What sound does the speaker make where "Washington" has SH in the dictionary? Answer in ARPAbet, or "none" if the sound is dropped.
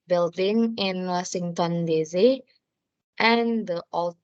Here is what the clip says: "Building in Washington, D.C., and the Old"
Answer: S